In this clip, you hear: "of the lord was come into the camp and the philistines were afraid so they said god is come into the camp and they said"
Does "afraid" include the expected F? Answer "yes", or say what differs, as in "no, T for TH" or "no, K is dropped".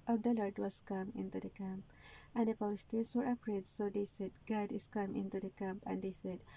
no, P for F